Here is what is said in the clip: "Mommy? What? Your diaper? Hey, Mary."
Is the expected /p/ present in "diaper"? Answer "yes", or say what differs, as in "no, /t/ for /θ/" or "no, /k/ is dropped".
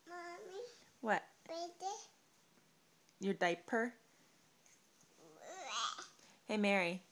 yes